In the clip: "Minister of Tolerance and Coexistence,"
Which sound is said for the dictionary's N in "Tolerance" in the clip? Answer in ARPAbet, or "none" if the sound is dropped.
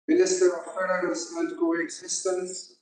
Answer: none